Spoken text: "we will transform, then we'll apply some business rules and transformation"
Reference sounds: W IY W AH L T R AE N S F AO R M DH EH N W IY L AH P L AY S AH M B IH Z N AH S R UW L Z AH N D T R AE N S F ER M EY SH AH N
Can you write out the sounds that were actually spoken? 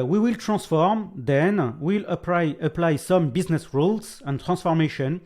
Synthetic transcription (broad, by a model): W IY W AH L T R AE S F AO R M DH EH N W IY L AH P L AY S AH M B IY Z N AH S R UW L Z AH N T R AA S F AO M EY SH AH N